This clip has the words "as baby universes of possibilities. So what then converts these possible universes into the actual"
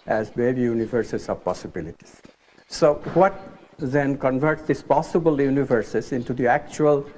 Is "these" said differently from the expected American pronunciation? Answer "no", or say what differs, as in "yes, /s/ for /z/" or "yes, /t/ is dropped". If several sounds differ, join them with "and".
yes, /s/ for /z/